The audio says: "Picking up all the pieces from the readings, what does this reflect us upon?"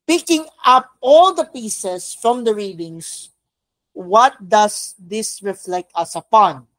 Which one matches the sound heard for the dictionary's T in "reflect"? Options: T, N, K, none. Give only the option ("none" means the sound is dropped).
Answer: T